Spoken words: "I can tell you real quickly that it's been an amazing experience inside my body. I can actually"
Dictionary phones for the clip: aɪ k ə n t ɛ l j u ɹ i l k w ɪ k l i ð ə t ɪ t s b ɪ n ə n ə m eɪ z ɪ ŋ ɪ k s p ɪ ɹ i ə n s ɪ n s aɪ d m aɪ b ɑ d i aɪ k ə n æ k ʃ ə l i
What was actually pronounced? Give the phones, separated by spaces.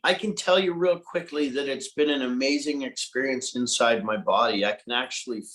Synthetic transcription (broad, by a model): aɪ k ə n t ɛ l j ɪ ɹ i l k w ɪ k l i ð ə t ɪ t s b ɪ n ə n ə m eɪ z ɪ ŋ ɪ k s p ɪ ɹ i ə n s ɪ n s aɪ d m aɪ b ɑ d i aɪ k ə n æ k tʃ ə l i